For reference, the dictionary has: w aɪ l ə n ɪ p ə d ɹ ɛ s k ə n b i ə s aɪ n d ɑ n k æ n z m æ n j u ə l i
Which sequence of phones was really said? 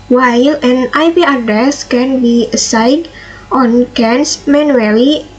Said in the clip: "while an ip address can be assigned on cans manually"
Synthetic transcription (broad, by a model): w aɪ l ə n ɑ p ə d ɹ ɛ s k ə n b i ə s aɪ d ɑ n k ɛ n s m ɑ n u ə l i